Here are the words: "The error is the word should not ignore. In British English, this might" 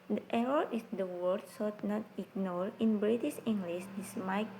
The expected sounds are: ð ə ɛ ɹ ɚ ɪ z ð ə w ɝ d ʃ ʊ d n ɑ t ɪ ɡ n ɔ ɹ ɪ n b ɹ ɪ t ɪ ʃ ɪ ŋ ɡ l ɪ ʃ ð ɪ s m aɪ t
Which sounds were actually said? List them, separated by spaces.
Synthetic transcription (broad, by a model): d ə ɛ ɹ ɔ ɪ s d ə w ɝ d s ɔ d n ɑ t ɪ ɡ n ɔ ɹ ɪ n b ɹ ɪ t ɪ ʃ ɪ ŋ ɡ l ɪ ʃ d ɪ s m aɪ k